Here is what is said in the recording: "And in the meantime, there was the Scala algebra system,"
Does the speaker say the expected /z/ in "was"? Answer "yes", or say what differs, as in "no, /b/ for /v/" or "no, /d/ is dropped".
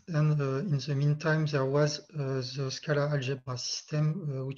yes